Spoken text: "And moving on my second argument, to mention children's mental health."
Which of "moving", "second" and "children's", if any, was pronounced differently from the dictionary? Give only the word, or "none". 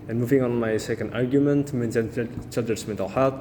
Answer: children's